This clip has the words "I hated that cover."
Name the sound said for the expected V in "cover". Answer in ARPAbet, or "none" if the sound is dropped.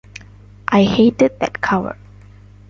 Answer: W